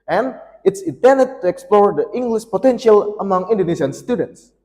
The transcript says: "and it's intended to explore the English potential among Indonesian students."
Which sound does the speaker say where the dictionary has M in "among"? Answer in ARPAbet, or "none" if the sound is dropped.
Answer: M